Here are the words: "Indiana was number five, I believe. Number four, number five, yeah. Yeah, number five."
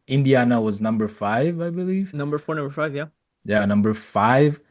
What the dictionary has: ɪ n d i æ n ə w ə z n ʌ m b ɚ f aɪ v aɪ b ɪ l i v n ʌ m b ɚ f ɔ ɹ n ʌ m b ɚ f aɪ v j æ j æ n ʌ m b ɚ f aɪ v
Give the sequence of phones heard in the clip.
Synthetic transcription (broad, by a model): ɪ n d i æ n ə w ə z n ʌ m b ɚ f aɪ v aɪ b ɪ l i v n ʌ m b ɚ f ɔ ɹ n ʌ m b ɚ f aɪ v j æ j æ n ʌ m b ɚ f aɪ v